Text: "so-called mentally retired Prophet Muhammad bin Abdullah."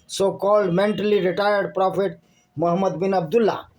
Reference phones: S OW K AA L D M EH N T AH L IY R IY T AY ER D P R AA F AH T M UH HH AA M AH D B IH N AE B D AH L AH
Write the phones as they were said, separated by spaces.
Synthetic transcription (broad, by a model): S OW K AA L D M EH N T AH L IY R IY T AY ER D P R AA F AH T M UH HH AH M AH D B IH N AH B D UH L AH